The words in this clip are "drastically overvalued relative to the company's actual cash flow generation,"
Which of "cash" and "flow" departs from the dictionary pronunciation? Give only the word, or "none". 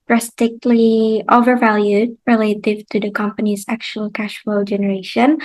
none